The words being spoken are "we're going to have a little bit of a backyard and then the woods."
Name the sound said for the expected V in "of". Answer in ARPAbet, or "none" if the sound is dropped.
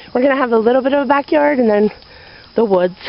V